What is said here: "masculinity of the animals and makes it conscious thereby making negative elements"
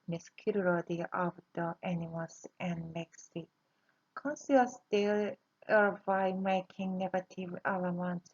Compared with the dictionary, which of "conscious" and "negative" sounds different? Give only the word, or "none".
conscious